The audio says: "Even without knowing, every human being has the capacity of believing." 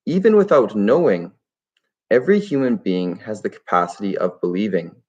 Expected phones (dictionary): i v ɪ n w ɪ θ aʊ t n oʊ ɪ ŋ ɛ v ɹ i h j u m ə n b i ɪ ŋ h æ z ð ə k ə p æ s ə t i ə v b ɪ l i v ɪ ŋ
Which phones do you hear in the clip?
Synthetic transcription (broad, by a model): i v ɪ n w ɪ θ aʊ t n oʊ ɪ ŋ ɛ v ɹ i h j u m ə n b i ɪ ŋ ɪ z ð ə k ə p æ s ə t i ə v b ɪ l i v ɪ ŋ